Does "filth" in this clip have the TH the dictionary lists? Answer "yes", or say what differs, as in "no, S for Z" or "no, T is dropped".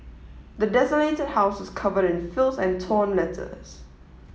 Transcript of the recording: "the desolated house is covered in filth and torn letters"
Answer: no, S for TH